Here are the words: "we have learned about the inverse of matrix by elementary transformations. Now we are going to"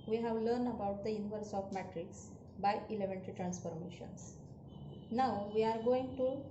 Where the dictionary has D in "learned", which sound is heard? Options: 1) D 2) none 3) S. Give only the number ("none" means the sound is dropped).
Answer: 1